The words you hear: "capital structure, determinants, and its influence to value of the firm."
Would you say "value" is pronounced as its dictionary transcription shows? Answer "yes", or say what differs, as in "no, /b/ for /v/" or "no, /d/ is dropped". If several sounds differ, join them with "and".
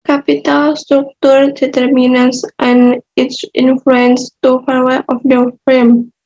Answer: no, /f/ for /v/